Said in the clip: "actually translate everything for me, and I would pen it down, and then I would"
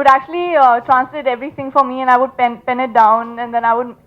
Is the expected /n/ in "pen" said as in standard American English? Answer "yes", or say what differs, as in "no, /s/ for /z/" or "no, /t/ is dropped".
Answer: yes